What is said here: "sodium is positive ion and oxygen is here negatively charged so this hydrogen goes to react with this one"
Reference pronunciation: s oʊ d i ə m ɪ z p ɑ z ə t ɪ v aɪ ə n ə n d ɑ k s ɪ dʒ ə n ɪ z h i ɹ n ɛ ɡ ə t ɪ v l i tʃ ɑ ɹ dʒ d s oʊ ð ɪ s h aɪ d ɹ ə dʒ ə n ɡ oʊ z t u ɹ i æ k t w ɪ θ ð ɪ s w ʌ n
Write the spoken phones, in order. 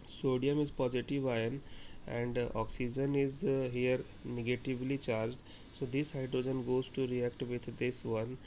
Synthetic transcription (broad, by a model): s oʊ d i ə m ɪ z p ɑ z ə t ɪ v aɪ ə n ə n d ɑ k s ɪ dʒ ə n ɪ z h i ɹ n ɛ ɡ ə t ɪ v l i tʃ ɑ ɹ dʒ d s oʊ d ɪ s h aɪ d ɹ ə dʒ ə n ɡ oʊ z t u ɹ i æ k t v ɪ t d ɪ s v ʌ n